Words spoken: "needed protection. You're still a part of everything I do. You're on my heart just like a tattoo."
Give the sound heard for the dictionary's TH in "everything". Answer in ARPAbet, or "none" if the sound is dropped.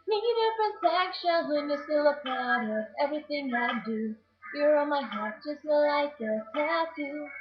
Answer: TH